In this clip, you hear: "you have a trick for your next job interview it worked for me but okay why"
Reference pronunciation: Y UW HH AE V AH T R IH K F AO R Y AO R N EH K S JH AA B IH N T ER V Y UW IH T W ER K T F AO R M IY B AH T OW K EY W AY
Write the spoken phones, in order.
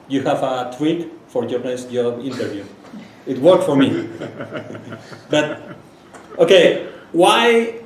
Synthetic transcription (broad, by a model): Y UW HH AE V AH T W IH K F AO R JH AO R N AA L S JH AA B IH N T ER V Y UW IH T W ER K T F AO R M IY B AH T OW K EY W AY